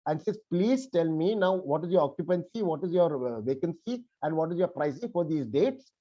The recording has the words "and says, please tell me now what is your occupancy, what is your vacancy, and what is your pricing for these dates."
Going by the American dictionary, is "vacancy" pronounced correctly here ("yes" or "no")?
yes